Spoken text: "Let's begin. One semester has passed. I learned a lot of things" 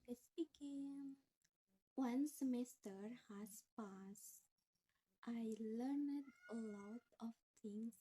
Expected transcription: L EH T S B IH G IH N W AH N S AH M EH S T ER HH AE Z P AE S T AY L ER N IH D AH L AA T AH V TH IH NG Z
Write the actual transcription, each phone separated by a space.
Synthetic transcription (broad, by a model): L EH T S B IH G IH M W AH N S AH M EH S T ER HH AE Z P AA S T AY L ER N IH D AH L AA T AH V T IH NG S